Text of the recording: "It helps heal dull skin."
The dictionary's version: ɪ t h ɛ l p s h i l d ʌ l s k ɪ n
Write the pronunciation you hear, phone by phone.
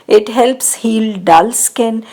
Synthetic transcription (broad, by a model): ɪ t h ɛ l p s h i l d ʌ l s k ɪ n